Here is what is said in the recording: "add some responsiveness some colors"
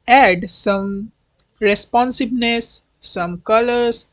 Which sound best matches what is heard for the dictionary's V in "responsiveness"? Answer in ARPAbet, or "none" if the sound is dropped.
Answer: B